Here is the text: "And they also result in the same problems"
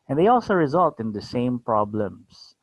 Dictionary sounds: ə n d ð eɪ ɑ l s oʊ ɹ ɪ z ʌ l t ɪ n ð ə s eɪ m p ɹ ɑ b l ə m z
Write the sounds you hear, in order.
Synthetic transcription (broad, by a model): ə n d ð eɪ ɑ l s oʊ ɹ ɪ z ʌ l t ɪ n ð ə s eɪ m p ɹ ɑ b l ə m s